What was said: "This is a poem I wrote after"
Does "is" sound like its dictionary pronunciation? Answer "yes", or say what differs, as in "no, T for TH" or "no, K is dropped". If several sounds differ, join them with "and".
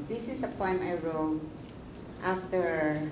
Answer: no, S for Z